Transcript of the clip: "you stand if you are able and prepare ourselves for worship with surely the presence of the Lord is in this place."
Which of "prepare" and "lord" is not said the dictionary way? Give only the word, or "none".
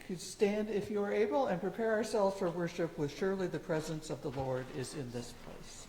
none